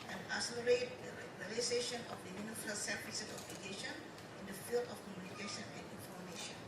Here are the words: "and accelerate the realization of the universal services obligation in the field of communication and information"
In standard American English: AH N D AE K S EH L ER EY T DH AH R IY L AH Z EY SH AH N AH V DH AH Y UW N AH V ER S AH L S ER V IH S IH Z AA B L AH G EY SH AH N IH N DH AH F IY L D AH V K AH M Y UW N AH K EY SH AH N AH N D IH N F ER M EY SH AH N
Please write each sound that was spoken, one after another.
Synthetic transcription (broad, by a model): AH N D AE S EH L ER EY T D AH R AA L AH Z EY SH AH N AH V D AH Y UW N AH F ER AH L S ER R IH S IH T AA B L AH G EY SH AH N IH N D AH F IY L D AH F K AH M Y UW N AH K EY SH AH N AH N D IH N F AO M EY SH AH N